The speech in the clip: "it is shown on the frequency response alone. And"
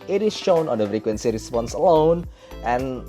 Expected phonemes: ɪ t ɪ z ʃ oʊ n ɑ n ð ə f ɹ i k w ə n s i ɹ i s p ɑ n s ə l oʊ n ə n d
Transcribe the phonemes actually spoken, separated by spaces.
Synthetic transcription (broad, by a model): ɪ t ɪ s ʃ oʊ n ɑ n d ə f ɹ i k w ə n s i ɹ i s p ɑ n s ə l oʊ n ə n